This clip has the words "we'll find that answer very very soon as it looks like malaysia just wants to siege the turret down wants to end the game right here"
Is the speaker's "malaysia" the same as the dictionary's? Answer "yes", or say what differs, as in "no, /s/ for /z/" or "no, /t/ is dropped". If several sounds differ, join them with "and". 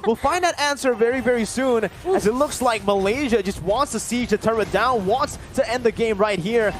yes